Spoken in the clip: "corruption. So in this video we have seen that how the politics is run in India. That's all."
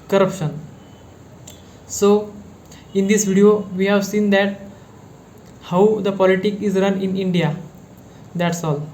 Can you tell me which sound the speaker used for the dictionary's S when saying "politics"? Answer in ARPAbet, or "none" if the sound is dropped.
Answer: none